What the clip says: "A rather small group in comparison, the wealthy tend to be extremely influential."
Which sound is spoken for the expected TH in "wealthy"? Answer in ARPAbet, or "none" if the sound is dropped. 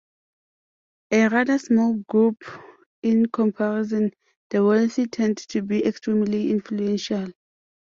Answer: S